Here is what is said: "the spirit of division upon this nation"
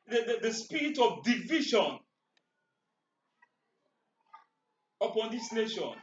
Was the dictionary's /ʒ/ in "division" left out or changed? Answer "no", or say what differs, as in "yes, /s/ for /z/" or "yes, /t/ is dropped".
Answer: yes, /ʃ/ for /ʒ/